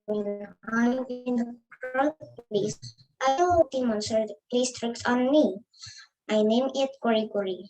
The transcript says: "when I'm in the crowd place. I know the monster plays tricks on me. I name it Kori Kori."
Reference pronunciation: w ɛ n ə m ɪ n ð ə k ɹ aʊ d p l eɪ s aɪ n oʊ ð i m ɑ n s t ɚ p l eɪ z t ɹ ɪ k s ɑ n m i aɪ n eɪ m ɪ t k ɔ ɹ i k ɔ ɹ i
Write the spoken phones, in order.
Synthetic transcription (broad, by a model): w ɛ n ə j ɪ n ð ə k aʊ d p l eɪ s aɪ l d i m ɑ n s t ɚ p l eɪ s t ɹ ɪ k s ɑ n m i aɪ n eɪ m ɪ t k ɔ ɹ i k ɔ ɹ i